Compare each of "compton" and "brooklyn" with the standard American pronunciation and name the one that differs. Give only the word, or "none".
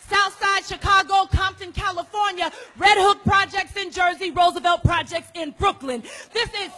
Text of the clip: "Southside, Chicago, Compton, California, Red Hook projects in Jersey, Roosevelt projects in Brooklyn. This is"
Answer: none